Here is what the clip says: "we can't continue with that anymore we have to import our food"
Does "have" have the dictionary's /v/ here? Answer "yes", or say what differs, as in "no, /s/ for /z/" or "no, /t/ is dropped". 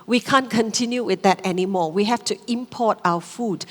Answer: no, /f/ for /v/